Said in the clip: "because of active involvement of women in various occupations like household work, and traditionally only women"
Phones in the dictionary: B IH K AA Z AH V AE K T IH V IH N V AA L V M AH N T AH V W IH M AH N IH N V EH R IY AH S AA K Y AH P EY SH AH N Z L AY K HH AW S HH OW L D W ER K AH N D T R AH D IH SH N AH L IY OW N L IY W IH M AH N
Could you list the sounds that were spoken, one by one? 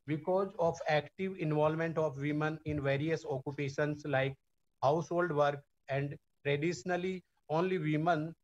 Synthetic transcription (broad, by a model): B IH K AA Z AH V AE K T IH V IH N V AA L M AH N T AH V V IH M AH N IH N V EH R IY AH S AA K Y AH P EY SH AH N S L AY K HH AW S HH OW L D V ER K AH N D T R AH D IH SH N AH L IY OW N L IY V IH M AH N